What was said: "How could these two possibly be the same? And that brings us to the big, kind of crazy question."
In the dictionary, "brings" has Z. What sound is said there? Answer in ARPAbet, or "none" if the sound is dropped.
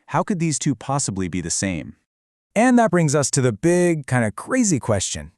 Z